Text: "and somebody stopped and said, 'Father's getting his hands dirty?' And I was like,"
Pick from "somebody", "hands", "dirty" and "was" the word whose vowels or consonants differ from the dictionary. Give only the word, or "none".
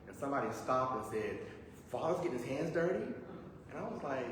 none